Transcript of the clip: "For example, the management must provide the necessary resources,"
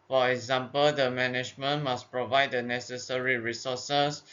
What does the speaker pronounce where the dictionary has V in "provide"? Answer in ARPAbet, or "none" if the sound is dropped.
V